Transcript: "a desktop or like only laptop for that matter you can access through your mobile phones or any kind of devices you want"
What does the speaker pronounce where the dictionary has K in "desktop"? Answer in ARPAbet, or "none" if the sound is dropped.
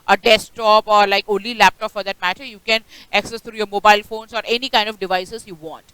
none